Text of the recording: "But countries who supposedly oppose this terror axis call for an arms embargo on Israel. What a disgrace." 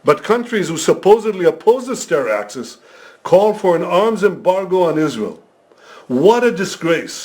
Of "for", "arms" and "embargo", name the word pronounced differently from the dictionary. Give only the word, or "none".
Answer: none